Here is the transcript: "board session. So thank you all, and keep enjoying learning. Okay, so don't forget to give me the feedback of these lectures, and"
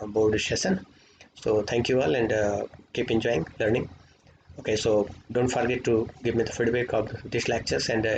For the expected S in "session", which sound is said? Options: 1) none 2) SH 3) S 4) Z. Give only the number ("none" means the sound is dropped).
2